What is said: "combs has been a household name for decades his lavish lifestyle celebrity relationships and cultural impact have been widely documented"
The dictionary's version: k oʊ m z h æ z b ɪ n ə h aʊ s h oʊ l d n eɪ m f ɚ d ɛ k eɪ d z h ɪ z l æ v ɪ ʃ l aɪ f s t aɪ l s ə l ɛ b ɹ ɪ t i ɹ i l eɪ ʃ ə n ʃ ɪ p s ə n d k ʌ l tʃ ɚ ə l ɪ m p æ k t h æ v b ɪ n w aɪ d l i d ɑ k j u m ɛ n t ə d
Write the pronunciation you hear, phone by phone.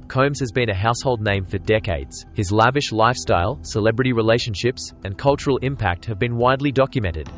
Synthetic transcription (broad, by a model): k oʊ m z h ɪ z b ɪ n ə h aʊ s h oʊ l d n eɪ m f ɚ d ɛ k eɪ d z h ɪ z l æ v ɪ ʃ l aɪ f s t aɪ l s ə l ɛ b ɹ ɪ t i ɹ i l eɪ ʃ ə n ʃ ɪ p s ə n k ʌ l tʃ ɚ ə l ɪ m p æ k t h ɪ v b ɪ n w aɪ d l i d ɑ k j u m ɛ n t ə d